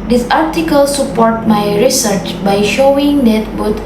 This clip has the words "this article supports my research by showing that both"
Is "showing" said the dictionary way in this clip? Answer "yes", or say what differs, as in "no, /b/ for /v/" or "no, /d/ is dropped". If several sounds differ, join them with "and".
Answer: yes